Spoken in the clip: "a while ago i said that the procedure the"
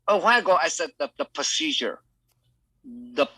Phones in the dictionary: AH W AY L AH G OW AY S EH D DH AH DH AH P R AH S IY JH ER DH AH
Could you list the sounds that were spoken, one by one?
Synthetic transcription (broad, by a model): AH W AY N AH G OW AY S EH D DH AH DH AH P R AH S IY JH ER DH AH